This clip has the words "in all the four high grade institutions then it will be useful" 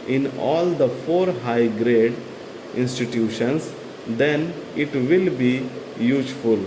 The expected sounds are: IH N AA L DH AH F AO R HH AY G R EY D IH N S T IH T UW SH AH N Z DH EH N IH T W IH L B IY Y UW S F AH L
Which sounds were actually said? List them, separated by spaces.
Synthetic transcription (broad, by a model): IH N AA L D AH F AO R HH AY G R EY D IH N S T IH T UW SH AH N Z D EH N IH T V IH L B IY Y UW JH F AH L